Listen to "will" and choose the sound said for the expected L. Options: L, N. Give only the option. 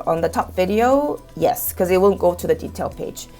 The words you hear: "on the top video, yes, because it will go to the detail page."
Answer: N